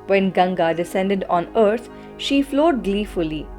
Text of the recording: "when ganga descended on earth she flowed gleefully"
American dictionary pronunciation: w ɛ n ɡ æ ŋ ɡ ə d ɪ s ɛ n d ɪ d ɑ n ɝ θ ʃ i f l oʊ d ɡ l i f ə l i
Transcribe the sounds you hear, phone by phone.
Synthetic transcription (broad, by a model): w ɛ n ɡ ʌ ŋ ɡ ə d ɪ s ɛ n d ɪ d ɑ n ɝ t ʃ i f l oʊ d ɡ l i f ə l i